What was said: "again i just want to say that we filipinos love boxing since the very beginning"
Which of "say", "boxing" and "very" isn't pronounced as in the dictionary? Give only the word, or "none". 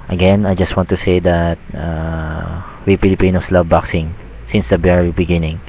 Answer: very